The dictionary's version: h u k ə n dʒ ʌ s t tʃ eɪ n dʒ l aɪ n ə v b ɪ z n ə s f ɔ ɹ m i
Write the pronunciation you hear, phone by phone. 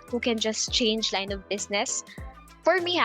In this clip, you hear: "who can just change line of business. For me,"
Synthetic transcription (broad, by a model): h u k ə n dʒ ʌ s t tʃ eɪ n dʒ l aɪ n ə v b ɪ s n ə s f ɔ ɹ m i